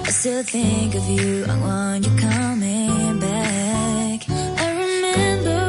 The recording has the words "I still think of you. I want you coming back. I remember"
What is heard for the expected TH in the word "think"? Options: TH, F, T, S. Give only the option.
TH